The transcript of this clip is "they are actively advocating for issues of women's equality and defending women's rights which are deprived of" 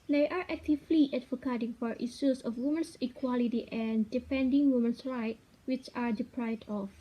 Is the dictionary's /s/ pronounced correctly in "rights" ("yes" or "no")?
no